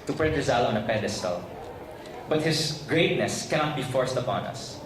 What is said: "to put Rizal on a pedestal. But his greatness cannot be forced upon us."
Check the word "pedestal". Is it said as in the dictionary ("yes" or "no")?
yes